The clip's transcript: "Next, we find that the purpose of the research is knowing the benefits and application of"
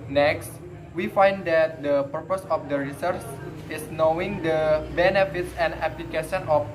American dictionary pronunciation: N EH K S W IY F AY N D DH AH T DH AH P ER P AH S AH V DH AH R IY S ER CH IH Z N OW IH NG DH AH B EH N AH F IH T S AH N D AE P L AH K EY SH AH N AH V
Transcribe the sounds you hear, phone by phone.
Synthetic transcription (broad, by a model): N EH K S W IY F AY N D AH T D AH P ER P AH S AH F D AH R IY S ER S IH S N OW IH NG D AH B EH N AH F IH T S AH N D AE P L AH K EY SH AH N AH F